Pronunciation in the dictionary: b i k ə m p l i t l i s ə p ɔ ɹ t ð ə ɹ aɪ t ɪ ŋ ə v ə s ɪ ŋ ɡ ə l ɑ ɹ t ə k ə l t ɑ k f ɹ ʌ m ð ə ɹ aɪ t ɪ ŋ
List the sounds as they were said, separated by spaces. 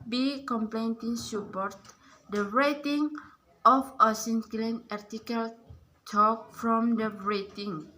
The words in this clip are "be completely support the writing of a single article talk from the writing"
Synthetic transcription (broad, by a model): b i k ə m p l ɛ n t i s ə p ɔ ɹ t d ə ɹ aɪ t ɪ ŋ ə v ə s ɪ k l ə n ɑ ɹ t ə k ə l t ɑ k f ɹ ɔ m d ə ɹ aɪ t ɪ ŋ